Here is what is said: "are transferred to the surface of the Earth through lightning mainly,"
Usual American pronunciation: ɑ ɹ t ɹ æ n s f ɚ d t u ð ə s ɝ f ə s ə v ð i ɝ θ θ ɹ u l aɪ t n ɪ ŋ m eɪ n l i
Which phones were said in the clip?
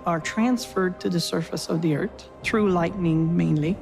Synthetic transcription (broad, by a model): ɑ ɹ t ɹ æ n s f ɚ d t u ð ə s ɝ f ə s ə v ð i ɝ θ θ ɹ u l aɪ t n ɪ ŋ m eɪ n l i